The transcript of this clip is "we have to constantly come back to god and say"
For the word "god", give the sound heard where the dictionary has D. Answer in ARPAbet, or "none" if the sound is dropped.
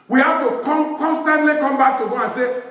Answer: none